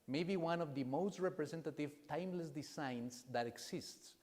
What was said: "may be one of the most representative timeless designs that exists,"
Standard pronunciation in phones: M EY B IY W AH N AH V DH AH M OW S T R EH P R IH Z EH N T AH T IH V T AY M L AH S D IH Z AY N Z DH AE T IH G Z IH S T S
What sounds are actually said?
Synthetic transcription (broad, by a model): M EY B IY W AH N AH V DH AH M OW S T R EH P R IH S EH N T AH T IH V T AY M L AH S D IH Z AY N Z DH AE T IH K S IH S T S